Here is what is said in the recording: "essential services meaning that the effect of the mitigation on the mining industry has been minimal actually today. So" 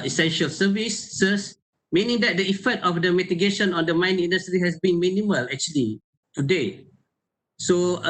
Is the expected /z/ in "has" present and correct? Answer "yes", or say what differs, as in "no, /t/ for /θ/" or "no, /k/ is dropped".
no, /s/ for /z/